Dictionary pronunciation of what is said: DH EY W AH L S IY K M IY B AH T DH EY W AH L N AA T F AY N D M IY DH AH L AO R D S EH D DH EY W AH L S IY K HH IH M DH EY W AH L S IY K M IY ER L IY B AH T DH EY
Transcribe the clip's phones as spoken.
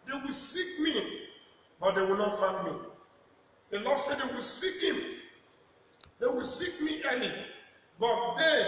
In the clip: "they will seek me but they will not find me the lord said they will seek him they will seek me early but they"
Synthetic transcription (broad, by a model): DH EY W AH L S IY K M IY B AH T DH EY W AH L N AA T F AY N D M IY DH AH L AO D S EH D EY W AH L S IY K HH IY M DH EY W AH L S IY K M IY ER N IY B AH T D EY